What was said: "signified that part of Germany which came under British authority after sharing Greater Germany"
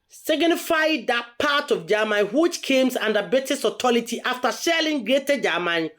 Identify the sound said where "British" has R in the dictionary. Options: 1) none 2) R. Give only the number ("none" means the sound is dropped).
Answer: 1